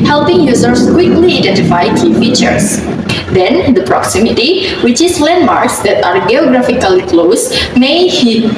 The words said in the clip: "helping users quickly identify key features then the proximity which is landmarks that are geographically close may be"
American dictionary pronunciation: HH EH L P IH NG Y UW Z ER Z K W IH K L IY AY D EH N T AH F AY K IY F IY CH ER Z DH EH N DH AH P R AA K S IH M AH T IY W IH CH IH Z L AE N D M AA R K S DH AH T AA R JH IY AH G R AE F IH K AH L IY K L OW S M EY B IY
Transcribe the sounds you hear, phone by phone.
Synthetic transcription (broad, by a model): HH EH L P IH NG Y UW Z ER S K W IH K L IY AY D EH N T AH F AY K IY F IY CH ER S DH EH N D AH P R AA K S IH M AH T IY W IH CH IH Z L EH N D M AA R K S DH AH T AA R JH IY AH G R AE F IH K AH L IY K L OW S M EY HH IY